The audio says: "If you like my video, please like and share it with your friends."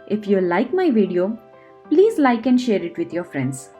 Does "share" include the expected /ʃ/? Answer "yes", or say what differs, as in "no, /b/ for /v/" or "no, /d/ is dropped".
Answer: yes